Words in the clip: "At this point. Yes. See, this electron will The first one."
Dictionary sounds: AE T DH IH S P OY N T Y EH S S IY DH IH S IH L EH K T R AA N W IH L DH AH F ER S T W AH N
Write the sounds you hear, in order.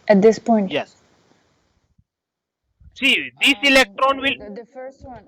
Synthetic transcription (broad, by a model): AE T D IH S P OY N T Y EH S S IY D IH S IH L EH K T R AA N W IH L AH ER S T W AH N